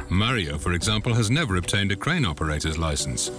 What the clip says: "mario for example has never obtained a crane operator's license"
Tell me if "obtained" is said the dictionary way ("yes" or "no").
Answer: yes